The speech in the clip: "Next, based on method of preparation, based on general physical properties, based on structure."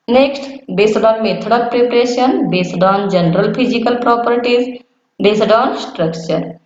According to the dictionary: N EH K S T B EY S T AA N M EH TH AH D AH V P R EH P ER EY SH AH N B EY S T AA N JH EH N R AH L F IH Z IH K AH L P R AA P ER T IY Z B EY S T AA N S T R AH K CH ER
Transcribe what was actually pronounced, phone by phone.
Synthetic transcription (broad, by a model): N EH K S T B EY S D AA N M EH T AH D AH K P R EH P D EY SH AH N B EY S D AA N JH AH N R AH L P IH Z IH K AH L P R AA P ER T IY Z B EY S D AA N S T R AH K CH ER